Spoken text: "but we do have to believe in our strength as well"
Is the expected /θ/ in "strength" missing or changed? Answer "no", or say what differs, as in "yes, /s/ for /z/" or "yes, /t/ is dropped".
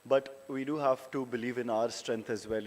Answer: yes, /t/ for /θ/